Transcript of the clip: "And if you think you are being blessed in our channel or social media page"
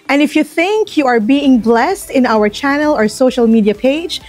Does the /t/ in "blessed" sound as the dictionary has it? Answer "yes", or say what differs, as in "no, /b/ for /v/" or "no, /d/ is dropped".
yes